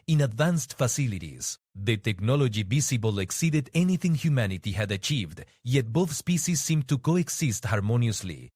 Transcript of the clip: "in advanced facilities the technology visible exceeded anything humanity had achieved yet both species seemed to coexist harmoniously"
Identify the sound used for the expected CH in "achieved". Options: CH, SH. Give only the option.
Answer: CH